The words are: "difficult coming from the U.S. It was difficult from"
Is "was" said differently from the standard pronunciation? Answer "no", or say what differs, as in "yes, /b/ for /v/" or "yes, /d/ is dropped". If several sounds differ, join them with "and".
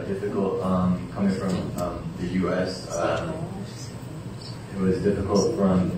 no